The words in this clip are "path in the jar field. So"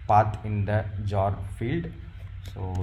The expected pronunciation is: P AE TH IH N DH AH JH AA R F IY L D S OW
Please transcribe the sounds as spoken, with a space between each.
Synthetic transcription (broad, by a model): P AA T IH N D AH JH AA R F IY L D S OW